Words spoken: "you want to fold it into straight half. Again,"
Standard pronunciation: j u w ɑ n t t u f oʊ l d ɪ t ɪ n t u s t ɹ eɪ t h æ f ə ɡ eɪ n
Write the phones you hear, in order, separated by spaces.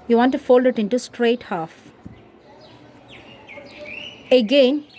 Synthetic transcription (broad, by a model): j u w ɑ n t t u f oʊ l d ɪ t ɪ n t u s t ɹ eɪ t h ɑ f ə ɡ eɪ n